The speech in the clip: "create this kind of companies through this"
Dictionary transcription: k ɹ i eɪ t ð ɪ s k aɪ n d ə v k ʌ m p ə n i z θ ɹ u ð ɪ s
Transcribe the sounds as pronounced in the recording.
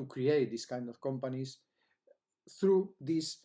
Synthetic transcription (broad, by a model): k ɹ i eɪ t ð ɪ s k aɪ n d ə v k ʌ m p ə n i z θ ɹ u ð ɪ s